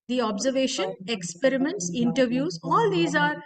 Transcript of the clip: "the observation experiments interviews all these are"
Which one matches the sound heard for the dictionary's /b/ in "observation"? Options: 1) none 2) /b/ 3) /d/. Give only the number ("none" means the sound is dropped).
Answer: 2